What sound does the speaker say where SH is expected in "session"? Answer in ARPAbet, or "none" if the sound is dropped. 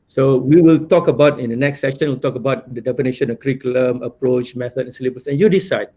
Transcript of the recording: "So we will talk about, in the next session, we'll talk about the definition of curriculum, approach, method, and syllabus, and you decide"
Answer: SH